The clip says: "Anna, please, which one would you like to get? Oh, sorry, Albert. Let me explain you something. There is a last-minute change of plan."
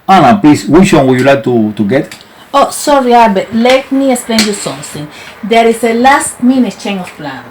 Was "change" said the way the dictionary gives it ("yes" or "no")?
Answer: no